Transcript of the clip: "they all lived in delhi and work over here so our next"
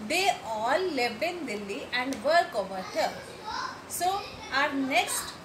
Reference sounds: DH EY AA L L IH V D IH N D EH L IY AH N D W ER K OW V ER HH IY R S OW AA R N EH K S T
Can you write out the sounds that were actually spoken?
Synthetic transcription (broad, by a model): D EY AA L L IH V IH N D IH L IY AH N D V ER K OW V ER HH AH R S OW AA R N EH K S T